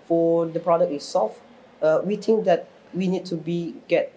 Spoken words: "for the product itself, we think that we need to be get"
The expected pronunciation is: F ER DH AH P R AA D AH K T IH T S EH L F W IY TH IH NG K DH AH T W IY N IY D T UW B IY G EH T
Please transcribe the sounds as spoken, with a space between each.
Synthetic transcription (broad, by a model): F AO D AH P R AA D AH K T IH S S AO F W IY T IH NG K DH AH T W IY N IY D T UW B IY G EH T